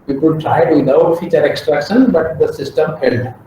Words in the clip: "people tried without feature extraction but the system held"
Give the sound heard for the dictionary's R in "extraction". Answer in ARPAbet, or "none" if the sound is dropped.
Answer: R